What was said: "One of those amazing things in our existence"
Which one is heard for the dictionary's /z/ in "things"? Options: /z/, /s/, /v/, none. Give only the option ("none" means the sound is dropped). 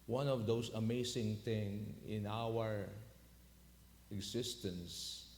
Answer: none